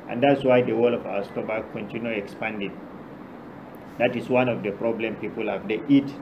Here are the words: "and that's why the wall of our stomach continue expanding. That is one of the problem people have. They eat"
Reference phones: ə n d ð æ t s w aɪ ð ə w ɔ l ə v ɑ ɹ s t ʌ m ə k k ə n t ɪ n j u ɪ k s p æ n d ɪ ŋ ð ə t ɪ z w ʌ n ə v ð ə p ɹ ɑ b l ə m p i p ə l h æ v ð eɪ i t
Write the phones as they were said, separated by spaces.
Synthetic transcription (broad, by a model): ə n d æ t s w aɪ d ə w ɔ l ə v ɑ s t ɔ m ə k k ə n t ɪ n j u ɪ k s p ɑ n d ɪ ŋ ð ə t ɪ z w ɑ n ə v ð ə p ɹ ɑ b l ə m p i p ə l h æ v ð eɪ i t